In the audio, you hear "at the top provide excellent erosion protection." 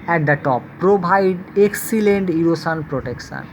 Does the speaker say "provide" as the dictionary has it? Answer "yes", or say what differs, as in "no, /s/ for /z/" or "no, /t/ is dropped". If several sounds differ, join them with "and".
no, /b/ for /v/